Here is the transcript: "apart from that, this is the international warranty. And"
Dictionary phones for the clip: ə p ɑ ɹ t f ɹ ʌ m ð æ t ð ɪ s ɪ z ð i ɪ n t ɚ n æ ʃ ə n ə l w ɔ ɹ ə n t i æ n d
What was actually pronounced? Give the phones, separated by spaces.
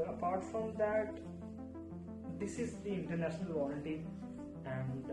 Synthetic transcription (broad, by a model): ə p ɑ ɹ t f ɹ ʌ m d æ t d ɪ s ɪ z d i ɪ n t ɚ n æ ʃ ə n ə l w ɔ l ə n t i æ n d